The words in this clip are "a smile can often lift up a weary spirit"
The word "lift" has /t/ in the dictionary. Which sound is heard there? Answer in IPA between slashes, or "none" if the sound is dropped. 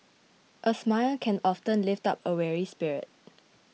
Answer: /t/